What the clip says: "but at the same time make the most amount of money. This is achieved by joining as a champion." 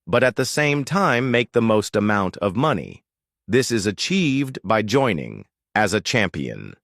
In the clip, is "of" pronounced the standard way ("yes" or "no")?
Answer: yes